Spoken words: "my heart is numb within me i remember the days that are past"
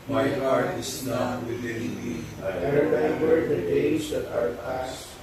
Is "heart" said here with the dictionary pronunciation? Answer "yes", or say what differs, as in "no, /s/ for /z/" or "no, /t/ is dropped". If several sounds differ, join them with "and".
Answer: yes